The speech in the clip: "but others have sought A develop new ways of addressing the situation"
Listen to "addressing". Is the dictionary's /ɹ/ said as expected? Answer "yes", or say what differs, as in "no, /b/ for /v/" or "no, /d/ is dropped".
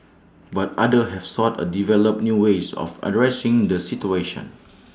yes